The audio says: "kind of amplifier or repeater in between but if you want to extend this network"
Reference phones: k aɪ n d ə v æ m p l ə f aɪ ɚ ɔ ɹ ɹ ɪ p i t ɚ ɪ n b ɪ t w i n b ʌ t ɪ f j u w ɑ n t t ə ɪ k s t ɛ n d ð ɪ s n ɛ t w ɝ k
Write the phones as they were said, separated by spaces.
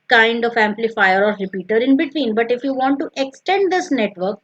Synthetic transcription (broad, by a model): k aɪ n d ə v æ m p l ə f aɪ ɚ ɔ ɹ ɹ ɪ p i t ɚ ɪ n b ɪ t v i n b ʌ t ɪ f j u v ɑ n t t ə k s t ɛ n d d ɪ s n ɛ t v ɝ k